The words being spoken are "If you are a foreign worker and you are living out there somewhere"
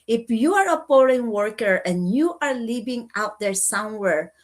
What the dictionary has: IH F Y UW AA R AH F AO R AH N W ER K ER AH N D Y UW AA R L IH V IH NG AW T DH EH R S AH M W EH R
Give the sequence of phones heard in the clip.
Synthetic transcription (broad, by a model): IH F Y UW AA R AH P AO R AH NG W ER K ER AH N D Y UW AA R L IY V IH NG AW T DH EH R S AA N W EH R